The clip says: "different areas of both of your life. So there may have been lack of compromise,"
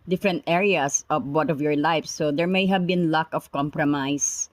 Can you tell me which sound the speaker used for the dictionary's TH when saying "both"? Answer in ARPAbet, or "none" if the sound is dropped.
T